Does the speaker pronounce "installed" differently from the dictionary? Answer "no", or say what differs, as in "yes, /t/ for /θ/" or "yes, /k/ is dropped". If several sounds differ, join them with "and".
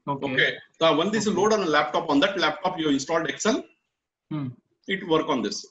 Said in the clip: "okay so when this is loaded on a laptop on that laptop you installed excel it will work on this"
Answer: no